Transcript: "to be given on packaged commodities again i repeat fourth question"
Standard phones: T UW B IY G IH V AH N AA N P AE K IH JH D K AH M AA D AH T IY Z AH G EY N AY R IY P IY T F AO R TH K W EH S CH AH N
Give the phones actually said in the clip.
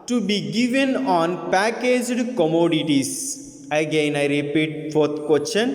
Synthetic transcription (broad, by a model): T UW B IY G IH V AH N AA N P AE K IH JH D K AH M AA D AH T IY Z AH G EY N AY R IY P IY T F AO R T K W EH S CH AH N